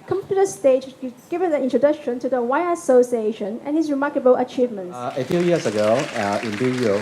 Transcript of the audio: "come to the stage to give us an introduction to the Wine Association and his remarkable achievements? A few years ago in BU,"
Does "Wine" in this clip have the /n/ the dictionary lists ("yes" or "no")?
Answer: no